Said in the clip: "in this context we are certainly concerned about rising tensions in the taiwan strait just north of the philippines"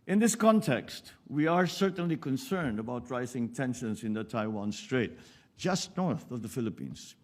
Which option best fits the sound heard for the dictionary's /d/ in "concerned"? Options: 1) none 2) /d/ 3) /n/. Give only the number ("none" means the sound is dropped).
2